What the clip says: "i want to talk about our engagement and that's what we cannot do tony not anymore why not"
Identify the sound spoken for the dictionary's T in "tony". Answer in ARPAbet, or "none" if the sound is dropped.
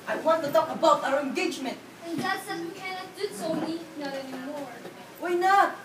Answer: S